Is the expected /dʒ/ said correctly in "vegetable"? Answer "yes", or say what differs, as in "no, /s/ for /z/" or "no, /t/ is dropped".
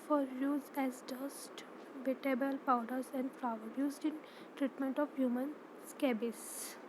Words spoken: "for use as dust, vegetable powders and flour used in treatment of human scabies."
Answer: no, /dʒ/ is dropped